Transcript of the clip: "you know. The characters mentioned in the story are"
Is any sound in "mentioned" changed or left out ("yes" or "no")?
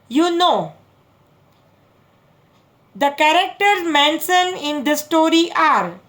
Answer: yes